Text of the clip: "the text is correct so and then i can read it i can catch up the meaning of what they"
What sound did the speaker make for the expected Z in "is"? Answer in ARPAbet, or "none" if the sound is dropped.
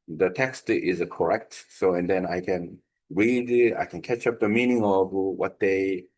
Z